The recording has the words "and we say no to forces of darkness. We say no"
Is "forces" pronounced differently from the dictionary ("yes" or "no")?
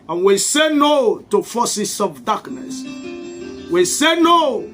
yes